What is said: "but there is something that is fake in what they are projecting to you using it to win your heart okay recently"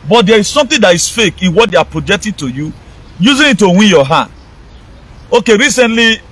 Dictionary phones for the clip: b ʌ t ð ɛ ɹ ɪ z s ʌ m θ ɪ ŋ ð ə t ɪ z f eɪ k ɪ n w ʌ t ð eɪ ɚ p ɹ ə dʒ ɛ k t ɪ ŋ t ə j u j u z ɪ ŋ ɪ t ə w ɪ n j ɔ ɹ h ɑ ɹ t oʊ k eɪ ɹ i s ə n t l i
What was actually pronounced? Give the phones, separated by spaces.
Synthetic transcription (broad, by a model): b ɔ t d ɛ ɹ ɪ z s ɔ m t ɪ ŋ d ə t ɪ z f eɪ k ɪ n w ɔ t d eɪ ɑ p ɹ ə dʒ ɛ k t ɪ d t ə j u j u z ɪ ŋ ɪ t ə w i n j ɔ h ɑ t oʊ k eɪ ɹ i s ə n t l i